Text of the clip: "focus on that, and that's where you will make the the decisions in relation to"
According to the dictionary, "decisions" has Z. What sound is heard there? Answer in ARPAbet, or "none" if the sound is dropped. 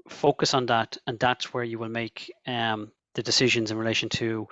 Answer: Z